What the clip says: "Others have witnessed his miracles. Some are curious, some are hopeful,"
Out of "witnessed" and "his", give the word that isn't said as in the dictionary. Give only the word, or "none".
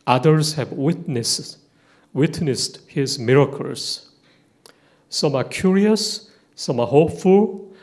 none